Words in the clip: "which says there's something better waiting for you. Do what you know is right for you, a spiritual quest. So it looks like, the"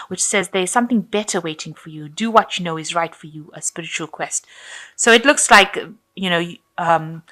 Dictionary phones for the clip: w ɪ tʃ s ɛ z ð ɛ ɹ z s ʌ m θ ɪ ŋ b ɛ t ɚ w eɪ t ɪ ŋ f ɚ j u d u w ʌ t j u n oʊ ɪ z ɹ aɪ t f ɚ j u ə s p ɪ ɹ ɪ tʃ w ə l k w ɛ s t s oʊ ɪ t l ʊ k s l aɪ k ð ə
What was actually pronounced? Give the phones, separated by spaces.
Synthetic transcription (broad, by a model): w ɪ tʃ s ɛ z ð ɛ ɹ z s ʌ m θ ɪ ŋ b ɛ t ɚ w eɪ t ɪ ŋ f ɚ j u d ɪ w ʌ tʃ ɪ n oʊ ɪ z ɹ aɪ t f ɚ j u ə s p ɪ ɹ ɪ tʃ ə l k w ɛ s t s oʊ ɪ t l ʊ k s l aɪ k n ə